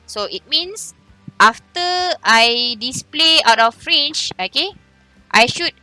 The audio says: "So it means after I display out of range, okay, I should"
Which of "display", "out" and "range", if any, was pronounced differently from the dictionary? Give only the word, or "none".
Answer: range